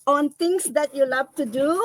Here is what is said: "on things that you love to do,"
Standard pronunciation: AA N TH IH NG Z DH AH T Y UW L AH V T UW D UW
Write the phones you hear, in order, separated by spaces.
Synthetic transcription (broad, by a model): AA N T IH NG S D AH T Y UW L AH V T UW D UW